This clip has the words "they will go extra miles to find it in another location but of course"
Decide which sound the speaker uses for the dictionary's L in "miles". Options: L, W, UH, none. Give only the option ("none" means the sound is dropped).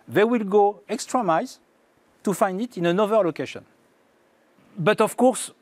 none